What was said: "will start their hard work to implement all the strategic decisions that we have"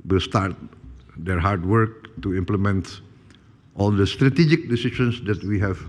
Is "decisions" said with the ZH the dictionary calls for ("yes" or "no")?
no